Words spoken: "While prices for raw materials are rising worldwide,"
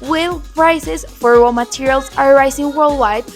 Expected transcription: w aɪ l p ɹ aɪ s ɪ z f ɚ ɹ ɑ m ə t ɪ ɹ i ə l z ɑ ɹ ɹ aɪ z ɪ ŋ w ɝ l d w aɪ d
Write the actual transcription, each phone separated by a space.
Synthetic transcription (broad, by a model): w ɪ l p ɹ aɪ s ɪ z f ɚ w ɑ m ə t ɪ ɹ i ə l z ɑ ɹ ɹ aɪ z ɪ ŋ w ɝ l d w aɪ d